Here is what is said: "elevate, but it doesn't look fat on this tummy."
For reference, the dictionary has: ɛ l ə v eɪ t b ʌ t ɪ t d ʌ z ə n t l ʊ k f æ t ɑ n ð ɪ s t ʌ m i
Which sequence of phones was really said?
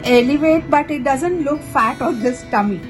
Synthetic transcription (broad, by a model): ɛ l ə v eɪ t b ʌ t ɪ t d ʌ z ə n t l ʊ k f æ t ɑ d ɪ s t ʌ m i